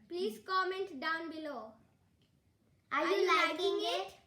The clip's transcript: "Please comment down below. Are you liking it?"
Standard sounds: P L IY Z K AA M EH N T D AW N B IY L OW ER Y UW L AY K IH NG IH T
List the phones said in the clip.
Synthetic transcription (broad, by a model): P L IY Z K AA M EH N T D AW N B IY L OW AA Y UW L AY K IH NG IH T